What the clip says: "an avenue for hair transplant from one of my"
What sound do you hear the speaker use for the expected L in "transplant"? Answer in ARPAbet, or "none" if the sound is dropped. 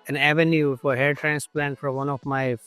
L